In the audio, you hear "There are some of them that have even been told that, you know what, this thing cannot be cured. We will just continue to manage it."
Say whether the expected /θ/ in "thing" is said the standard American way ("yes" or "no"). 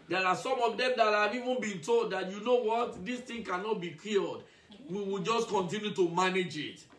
no